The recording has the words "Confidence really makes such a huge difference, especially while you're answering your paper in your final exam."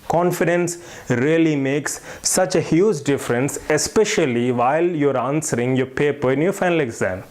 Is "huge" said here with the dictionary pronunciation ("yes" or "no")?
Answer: yes